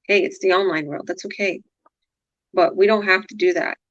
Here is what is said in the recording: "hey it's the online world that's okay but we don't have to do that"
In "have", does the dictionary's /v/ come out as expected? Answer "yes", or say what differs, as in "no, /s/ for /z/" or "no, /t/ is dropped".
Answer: no, /f/ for /v/